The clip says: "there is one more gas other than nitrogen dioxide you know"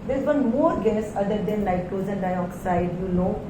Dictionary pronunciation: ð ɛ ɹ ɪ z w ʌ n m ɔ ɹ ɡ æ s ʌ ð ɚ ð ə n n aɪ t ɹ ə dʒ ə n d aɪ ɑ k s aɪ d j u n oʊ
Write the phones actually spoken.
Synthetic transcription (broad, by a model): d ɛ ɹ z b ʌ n m ɔ ɹ ɡ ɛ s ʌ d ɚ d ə n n aɪ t ə z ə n d aɪ ɑ k s aɪ d j u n oʊ